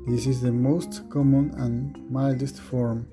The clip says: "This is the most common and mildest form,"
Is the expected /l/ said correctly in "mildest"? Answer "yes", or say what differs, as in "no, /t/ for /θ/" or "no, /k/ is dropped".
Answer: yes